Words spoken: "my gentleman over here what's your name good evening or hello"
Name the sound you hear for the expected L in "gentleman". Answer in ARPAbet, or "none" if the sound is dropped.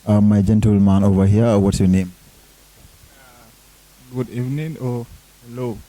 L